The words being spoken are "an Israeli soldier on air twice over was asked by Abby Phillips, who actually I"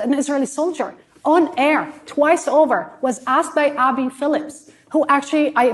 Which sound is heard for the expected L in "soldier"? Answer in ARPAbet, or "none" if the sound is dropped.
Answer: L